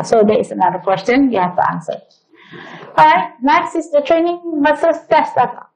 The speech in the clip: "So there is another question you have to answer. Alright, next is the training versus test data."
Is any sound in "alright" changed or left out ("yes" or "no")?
yes